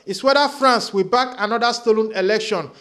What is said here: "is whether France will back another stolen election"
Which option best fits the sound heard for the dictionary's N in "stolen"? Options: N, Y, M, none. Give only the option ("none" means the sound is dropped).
N